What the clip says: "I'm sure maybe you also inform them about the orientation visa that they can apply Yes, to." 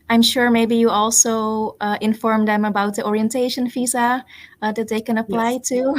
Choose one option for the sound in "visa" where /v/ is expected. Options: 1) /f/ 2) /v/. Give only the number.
1